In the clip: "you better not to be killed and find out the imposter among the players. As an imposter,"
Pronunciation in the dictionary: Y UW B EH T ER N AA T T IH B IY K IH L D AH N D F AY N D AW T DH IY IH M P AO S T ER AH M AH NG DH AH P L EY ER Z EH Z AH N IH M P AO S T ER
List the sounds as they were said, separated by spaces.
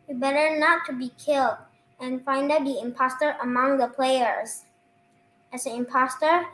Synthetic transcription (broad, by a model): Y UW B EH T ER N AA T T IH B IY K IH L D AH N F AY N D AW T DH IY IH M P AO S T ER AH M AH NG DH AH P L EY ER Z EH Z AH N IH M P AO S T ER